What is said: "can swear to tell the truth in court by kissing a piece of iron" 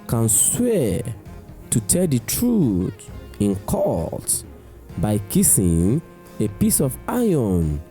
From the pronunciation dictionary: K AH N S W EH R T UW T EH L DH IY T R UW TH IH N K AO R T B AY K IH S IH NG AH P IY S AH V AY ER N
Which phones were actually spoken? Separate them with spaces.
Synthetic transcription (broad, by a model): K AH N S W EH T UW T EH L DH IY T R UW T IH N K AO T B AY K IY S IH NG AH P IY S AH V AY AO N